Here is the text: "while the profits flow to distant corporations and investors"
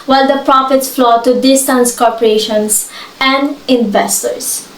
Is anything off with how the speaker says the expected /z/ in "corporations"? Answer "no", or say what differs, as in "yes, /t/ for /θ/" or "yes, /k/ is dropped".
yes, /s/ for /z/